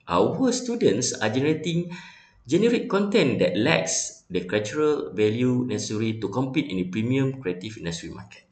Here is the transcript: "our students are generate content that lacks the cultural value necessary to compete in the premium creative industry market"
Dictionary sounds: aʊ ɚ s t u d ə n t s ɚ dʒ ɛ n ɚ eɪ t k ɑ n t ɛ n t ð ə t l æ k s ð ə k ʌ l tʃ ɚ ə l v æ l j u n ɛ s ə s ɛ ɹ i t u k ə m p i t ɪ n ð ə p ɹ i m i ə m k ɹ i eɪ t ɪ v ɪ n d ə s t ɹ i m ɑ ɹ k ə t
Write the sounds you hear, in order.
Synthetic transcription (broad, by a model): aʊ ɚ s t u d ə n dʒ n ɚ dʒ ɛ n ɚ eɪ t k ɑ n t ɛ n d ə t l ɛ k s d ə k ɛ tʃ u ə l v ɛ l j u n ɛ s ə s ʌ ɹ i t u k ə m p i t ɪ n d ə p ɹ i m i ə m k ɹ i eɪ t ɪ f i n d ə s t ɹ i m ɑ k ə t